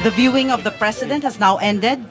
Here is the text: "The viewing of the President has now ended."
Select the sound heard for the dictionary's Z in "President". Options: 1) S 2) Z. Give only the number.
1